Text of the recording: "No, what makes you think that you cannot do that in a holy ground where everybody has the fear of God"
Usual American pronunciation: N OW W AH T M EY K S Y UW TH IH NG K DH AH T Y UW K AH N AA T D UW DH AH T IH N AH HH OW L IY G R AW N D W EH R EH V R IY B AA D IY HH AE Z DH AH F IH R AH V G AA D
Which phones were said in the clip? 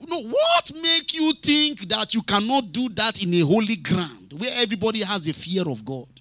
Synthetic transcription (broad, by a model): N OW W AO T M EY K Y UW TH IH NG K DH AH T Y UW K AH N AA T D UW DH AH T IH N AH HH OW L IY G R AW N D W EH EH V R IY B AA D IY HH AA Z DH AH F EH R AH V G AA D